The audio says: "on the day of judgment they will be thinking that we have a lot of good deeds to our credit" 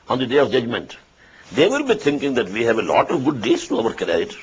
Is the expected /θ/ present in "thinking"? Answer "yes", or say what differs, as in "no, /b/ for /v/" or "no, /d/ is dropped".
no, /t/ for /θ/